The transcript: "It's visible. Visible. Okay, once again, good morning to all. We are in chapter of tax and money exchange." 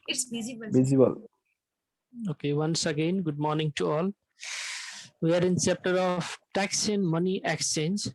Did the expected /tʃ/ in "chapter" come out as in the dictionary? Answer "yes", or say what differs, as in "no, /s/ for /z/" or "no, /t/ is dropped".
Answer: no, /s/ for /tʃ/